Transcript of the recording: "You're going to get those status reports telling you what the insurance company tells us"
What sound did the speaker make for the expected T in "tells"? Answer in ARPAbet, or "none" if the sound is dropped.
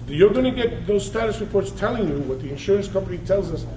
T